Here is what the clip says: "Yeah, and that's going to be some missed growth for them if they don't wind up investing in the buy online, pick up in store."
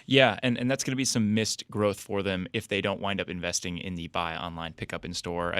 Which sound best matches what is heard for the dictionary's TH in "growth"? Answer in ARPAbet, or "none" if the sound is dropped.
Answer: TH